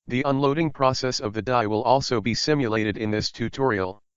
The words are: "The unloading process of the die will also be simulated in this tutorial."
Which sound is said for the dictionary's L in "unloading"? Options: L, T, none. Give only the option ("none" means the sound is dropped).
L